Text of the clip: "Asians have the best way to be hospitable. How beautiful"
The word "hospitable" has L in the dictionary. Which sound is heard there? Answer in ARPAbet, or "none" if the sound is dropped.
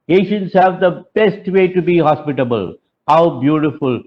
L